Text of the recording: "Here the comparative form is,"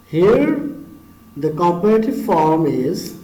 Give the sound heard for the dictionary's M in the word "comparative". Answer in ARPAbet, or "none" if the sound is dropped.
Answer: none